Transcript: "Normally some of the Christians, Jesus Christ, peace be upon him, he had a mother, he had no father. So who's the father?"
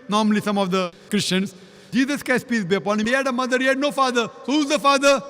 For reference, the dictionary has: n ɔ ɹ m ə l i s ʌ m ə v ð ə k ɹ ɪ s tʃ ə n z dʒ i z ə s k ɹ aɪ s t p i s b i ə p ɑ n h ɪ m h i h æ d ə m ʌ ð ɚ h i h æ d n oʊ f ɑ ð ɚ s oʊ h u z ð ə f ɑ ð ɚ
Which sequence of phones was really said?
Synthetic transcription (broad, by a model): n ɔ ɹ m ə l i s ʌ m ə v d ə k ɹ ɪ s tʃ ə n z dʒ i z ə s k aɪ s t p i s b i ə p ɑ n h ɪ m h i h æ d ə m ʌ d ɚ h i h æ d n oʊ f ɑ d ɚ s oʊ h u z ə f ɑ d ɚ